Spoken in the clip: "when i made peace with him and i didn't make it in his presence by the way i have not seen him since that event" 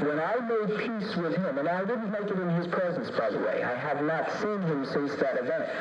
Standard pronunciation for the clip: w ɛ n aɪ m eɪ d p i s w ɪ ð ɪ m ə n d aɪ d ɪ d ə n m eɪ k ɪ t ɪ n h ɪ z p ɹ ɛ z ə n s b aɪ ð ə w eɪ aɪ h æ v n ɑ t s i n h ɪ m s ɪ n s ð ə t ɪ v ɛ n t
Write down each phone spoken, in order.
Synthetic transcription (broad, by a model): w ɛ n aɪ m eɪ d p i s w ɪ ð ɪ m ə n aɪ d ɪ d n m eɪ k ɪ t ɪ n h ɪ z p ɹ ɛ z ə n s b aɪ ð ə w eɪ aɪ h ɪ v n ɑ t s i n h ɪ m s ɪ s ð ə t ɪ v ɛ n t